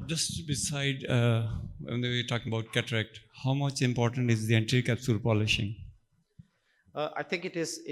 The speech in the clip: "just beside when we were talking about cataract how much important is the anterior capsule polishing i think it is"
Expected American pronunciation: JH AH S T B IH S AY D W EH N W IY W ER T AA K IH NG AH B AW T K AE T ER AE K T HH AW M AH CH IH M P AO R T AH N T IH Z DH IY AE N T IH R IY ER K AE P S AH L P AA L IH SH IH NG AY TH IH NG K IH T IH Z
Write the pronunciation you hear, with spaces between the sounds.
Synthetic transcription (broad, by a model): JH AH S T B IH S AY D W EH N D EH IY T AA K IH NG AH B AW T K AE T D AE K T HH AW M AH CH IH M P AO R T AH N T IH Z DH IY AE N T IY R K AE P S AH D P AA L IH SH IH NG AY T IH NG K IH T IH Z